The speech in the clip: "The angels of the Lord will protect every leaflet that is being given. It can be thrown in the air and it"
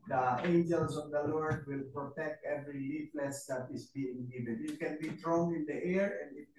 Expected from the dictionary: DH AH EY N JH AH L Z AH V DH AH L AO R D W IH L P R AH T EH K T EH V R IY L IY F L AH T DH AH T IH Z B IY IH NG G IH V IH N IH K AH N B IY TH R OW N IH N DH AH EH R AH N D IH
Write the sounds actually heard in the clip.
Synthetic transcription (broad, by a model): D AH EY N JH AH L S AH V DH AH L AO R D W IH L P R AH T EH K T EH V R IY L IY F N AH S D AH T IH S B IY IH NG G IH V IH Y IH K AH N B IY T R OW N IH N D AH EH R AH N D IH